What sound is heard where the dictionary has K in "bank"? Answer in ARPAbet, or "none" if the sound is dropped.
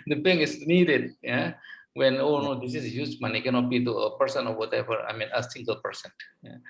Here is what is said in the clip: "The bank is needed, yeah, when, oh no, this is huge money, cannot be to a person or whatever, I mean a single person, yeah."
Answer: none